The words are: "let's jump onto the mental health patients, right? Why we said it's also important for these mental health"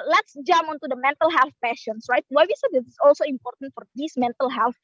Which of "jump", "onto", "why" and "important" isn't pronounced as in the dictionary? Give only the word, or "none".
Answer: jump